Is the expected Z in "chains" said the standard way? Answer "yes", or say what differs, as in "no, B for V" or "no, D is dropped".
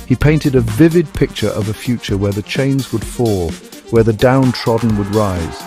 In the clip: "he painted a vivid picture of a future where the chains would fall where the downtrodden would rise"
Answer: yes